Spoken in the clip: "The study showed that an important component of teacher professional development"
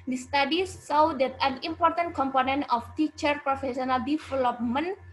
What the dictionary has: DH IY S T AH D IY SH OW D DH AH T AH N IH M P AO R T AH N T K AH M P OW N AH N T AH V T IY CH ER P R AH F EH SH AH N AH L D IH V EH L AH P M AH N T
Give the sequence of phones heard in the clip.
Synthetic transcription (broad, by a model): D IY S T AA D IY S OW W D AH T AH N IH M P AO R T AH N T K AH M P OW N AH N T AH F T IY CH ER P R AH F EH S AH N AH L D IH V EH L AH P M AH N